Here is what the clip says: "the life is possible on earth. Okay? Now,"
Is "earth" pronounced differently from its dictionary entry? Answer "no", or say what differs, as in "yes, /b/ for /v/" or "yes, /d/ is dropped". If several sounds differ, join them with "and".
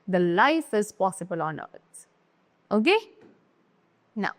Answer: yes, /t/ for /θ/